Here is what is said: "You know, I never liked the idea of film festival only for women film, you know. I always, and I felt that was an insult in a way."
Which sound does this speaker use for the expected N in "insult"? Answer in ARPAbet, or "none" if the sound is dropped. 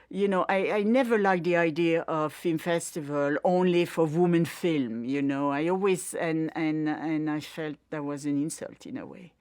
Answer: N